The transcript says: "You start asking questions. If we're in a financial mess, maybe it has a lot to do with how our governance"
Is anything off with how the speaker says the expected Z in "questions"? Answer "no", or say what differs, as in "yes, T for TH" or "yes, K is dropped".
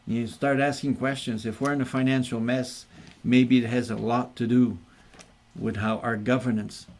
no